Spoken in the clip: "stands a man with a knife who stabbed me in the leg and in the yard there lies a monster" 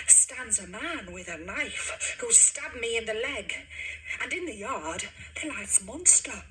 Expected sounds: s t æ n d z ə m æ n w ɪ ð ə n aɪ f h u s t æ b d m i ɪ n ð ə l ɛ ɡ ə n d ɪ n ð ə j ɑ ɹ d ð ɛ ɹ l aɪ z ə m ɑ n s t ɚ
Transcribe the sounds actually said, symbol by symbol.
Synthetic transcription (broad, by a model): s t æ n d z ə m æ n w ɪ ð ə n aɪ f h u s t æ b m i ɪ n ð ə l ɛ ɡ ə n ɪ n ð ə j ɑ ɹ d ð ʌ l aɪ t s m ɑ n s t ɚ